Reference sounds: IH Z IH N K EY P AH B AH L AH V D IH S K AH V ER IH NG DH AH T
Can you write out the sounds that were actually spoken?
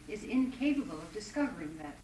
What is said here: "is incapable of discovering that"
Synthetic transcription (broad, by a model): IH Z IH N K EY P AH B AH L AH V D IH S K AH V ER IH NG DH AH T